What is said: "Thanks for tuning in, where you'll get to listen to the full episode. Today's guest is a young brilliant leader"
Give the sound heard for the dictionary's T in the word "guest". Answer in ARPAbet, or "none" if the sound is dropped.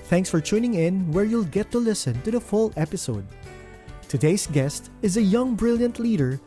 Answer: T